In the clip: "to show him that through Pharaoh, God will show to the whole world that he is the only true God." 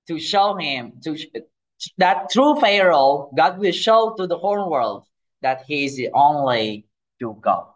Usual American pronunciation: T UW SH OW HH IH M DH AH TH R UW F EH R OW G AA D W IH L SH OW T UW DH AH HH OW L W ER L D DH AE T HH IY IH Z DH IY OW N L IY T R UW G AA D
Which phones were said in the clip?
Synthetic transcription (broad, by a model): T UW SH OW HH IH M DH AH T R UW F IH R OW G AA D W IH L SH OW T UW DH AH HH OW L W ER L D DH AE T HH IY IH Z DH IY OW N L IY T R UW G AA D